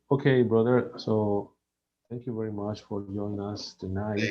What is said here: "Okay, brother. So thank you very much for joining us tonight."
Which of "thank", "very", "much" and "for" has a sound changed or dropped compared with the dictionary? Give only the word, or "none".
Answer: thank